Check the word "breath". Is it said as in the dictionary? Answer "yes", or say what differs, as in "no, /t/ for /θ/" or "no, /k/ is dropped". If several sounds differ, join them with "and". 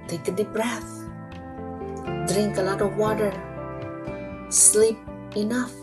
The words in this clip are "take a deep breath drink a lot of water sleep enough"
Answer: yes